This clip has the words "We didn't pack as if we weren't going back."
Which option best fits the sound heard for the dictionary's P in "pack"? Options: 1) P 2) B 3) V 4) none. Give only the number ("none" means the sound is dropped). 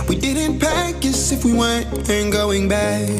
1